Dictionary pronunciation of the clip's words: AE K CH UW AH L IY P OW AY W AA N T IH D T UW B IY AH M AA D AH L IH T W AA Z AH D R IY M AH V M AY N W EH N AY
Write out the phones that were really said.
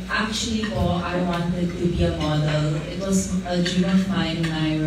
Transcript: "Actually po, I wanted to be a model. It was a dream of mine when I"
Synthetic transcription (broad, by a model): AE K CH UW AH L IY F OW AY W AA N T IH D T UW B IY AH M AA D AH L IH T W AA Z AH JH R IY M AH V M AY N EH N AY